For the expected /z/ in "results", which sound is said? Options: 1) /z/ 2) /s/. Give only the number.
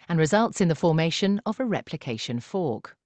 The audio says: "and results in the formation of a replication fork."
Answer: 1